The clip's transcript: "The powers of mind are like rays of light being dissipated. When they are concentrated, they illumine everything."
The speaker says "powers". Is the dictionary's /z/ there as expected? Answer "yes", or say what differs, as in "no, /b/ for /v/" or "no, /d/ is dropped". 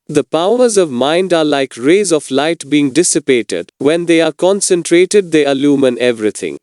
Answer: yes